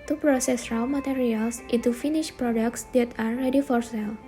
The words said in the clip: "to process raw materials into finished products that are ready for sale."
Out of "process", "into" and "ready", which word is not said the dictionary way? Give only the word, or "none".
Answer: into